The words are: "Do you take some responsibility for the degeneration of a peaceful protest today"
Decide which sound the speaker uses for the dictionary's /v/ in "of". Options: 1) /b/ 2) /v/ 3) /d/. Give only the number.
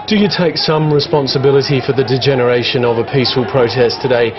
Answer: 2